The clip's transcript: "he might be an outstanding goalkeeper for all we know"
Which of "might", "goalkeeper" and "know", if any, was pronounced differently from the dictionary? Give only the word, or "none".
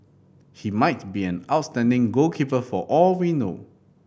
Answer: goalkeeper